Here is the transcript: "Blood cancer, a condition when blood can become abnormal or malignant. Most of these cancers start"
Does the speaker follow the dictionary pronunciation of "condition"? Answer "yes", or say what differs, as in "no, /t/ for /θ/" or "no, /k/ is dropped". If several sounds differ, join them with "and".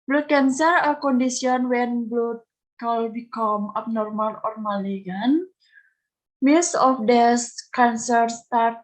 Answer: no, /s/ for /ʃ/